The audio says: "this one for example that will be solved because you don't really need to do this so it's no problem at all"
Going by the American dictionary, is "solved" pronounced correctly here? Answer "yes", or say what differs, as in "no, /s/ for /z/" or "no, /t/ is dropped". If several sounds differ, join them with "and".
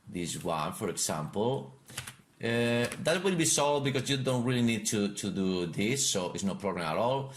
no, /v/ is dropped